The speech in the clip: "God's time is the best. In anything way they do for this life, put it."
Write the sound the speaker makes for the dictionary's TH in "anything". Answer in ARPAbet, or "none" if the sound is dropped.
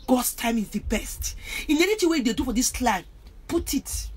T